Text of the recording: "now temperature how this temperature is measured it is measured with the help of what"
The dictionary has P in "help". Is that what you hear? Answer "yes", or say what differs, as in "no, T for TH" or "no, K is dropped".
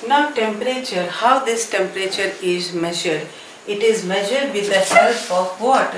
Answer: no, F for P